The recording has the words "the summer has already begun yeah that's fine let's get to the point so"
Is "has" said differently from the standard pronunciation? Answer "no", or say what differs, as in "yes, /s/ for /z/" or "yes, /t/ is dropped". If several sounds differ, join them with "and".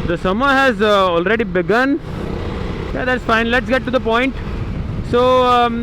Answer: no